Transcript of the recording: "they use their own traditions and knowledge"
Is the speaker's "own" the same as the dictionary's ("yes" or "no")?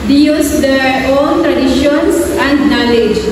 no